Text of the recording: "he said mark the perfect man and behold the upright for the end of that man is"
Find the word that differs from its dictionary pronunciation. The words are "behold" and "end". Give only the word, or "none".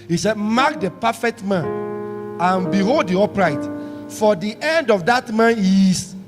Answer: none